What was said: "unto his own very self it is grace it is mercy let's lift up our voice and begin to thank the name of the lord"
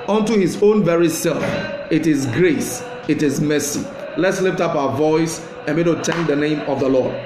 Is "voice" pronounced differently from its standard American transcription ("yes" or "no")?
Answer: no